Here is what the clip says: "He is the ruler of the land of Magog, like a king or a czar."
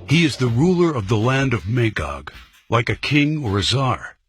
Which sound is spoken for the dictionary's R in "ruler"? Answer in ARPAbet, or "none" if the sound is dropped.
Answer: R